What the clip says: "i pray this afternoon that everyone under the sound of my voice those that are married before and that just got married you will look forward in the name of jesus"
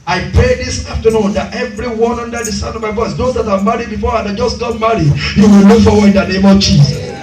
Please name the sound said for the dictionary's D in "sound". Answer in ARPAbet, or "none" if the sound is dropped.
none